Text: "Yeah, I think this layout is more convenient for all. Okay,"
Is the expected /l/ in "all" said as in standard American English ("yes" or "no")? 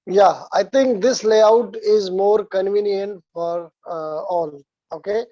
yes